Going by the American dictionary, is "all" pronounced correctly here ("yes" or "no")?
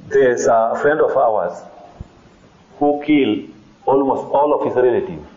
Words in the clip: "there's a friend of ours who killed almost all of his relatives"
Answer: yes